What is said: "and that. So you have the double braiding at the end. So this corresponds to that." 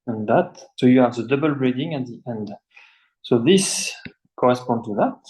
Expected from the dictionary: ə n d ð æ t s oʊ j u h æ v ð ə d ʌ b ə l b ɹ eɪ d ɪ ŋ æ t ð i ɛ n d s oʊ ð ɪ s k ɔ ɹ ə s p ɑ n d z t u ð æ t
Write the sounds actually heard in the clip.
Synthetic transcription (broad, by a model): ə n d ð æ t s oʊ j u h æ v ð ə d ʌ b ə l b ɹ eɪ d ɪ ŋ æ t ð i ɛ n d s oʊ ð ɪ s k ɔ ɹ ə s p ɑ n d t u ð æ t